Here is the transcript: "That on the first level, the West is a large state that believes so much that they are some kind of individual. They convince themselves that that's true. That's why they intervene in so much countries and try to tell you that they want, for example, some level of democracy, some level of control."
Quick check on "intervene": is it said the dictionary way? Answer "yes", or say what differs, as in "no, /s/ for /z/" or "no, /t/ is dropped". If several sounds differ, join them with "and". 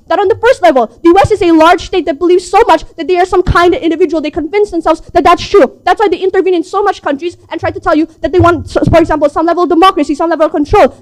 yes